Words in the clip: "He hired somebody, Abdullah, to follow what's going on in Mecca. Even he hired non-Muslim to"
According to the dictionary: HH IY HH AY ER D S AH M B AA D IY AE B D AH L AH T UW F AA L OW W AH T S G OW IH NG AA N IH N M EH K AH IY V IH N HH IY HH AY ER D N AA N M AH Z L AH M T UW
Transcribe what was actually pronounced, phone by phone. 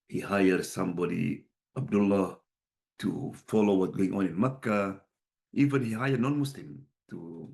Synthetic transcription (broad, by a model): HH IY HH AY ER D S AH M B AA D IY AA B D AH L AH T UW F AA L OW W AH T G OW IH NG AA N IH N M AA K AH IY V IH N HH IY HH AY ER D N AA N M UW S L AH M T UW